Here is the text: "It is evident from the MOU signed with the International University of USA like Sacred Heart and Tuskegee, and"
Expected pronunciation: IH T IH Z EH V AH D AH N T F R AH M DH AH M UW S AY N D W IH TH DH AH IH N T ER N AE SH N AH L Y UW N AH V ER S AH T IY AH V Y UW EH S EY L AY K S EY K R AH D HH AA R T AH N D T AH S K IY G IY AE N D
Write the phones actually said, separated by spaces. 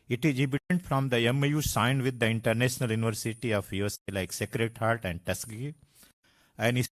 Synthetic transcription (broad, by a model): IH T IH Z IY B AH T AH N T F R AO M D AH M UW S AY N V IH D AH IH N T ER N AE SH N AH L Y UW N AH V ER S AH T IY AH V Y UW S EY L AY K S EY K R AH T HH AA R T AH N D T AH S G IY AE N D